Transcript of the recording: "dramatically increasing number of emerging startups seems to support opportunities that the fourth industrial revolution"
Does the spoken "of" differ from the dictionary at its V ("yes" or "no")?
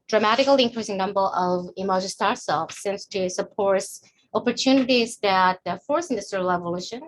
no